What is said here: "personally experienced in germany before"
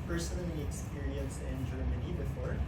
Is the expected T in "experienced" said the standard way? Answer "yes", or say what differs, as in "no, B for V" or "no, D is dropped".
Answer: no, T is dropped